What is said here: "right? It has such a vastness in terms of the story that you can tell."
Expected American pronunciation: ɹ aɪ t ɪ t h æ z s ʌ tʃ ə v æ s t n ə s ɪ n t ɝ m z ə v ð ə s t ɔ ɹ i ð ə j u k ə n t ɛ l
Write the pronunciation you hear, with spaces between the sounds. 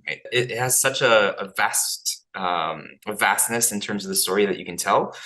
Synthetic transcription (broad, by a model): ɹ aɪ t ɪ t h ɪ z s ʌ tʃ ə v æ s t n ə s ɪ n t ɝ m z ə v ð ə s t ɔ ɹ i ð ə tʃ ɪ k ə n t ɛ l